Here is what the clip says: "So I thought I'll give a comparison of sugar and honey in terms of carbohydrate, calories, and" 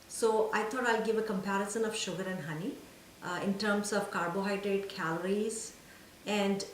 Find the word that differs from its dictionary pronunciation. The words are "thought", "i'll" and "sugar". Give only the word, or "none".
thought